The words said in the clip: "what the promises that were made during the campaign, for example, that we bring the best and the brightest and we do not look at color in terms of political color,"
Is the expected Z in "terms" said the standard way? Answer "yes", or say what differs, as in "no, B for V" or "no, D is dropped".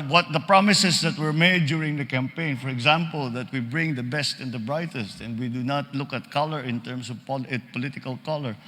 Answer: no, S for Z